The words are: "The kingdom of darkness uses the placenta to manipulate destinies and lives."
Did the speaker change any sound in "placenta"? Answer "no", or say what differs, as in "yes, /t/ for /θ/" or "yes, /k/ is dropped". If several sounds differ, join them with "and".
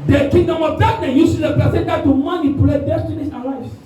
yes, /l/ is dropped